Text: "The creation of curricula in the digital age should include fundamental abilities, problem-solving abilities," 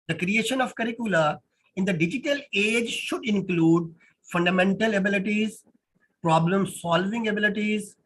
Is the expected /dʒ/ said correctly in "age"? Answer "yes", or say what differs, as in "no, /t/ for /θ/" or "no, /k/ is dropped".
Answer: yes